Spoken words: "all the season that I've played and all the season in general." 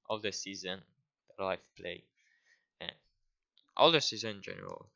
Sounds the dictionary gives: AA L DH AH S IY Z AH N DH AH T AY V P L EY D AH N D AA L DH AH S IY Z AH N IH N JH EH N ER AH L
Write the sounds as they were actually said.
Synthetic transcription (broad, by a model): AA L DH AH S IY Z AH N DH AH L AY F P L EY AH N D AA L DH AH S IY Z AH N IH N JH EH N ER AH L